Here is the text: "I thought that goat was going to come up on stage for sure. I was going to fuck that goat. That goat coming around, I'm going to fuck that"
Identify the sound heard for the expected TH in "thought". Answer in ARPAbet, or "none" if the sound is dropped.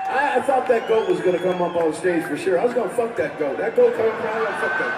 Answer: TH